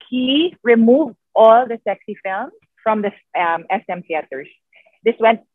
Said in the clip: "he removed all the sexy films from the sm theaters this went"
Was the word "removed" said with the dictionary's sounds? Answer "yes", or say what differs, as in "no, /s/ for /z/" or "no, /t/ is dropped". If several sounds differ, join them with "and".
yes